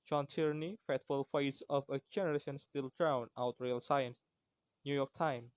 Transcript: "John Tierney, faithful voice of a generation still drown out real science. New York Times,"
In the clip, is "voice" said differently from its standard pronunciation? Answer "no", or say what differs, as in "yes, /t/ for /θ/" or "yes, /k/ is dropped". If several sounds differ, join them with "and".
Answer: yes, /f/ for /v/